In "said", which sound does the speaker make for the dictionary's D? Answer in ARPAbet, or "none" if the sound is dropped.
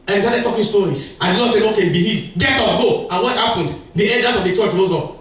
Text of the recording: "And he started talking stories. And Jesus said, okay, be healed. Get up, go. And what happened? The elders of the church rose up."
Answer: none